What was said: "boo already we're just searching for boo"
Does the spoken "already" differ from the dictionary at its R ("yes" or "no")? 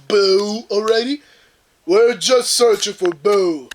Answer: no